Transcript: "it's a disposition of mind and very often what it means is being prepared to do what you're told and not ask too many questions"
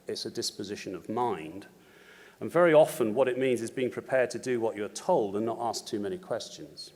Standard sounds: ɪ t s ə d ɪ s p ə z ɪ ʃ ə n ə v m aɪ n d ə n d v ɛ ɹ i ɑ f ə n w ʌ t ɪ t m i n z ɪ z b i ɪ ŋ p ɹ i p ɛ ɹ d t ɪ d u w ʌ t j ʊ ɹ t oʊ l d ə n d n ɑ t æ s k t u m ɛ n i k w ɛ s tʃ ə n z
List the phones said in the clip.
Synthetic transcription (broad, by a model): ɪ t s ə d ɪ s p ə z ɪ ʃ ə n ə v m aɪ n d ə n v ɛ ɹ i ɑ f ə n w ʌ t ɪ t m i n z ɪ z b i ɪ ŋ p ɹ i p ɛ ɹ d t ɪ d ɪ w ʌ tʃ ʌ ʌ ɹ t oʊ l d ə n n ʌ t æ s k t u m ɛ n i k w ɛ s tʃ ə n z